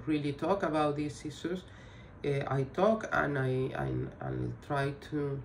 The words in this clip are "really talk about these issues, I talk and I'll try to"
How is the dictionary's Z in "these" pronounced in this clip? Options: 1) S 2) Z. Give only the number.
1